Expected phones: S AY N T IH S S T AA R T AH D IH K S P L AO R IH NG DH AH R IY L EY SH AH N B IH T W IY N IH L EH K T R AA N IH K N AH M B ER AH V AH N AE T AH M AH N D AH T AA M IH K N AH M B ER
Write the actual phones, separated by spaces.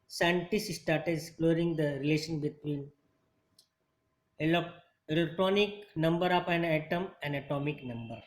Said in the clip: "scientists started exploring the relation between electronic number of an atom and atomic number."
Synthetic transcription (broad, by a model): S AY N T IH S S T AA R T AH D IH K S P L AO R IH NG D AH R IY L EY SH AH N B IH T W IY N IH L EH K T R AA N IH K N AH M B ER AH P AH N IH T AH M AH N D AH T AA M IH K N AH M B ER